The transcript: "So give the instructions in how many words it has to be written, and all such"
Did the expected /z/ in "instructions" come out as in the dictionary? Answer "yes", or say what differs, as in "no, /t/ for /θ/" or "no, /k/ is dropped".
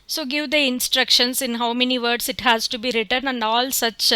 no, /s/ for /z/